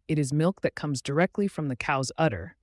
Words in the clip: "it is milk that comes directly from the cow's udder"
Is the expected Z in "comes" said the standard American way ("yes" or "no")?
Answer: yes